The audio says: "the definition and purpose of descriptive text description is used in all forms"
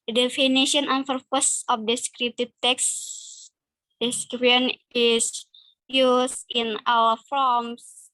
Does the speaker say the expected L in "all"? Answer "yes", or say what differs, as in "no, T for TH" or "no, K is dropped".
no, W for L